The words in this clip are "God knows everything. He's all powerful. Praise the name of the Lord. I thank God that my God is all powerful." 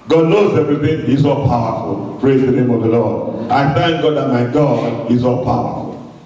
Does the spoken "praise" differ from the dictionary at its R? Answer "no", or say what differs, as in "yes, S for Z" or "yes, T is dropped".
no